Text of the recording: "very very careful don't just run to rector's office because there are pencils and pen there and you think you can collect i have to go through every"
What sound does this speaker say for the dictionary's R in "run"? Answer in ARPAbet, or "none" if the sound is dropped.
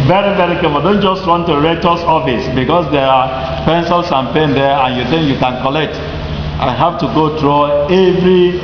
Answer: W